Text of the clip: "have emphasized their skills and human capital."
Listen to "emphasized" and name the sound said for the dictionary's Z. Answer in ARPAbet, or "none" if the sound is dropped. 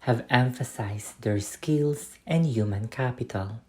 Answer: S